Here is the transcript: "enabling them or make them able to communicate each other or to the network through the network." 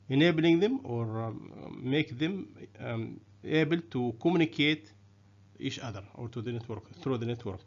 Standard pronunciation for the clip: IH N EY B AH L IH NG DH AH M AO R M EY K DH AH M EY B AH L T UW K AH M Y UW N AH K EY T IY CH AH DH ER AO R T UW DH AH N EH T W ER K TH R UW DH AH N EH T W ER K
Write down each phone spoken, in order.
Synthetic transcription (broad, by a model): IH N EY B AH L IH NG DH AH M AO R M EY K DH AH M EY B AH L T UW K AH M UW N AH K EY T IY SH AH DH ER AO R T UW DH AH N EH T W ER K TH R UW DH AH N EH T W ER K